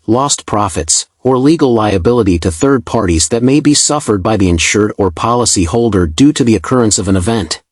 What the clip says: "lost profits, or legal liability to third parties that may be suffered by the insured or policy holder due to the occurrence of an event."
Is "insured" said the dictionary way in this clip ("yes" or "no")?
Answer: yes